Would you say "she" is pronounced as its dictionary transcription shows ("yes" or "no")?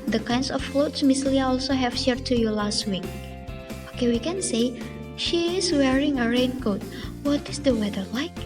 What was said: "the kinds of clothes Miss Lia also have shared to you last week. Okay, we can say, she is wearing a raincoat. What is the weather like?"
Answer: yes